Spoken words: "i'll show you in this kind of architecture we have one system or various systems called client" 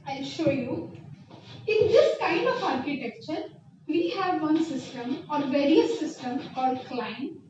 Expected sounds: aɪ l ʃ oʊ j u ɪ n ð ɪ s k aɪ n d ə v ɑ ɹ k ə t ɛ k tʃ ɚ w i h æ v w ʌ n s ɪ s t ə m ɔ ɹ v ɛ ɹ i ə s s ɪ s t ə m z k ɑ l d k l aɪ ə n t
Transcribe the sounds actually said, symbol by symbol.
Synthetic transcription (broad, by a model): aɪ l ʃ oʊ j u ɪ n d ɪ s k aɪ n d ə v ɑ ɹ k ə t ɛ k tʃ ɚ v i h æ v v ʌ n s ɪ s t ə m ɔ ɹ v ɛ ɹ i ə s s ɪ s t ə m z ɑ d k l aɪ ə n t